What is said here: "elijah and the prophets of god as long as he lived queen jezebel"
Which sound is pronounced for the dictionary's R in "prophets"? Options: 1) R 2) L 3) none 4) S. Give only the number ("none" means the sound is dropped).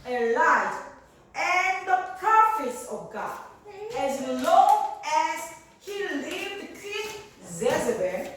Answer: 3